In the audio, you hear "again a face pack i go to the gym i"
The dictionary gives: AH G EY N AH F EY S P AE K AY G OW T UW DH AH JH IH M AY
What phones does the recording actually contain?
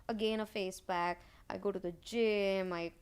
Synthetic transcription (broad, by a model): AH G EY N AH F EY S B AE K AY G OW T UW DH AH JH IH M AY